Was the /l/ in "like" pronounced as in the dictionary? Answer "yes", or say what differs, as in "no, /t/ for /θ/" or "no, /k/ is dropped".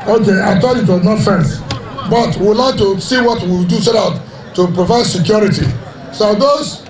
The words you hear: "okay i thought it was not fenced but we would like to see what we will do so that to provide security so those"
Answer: yes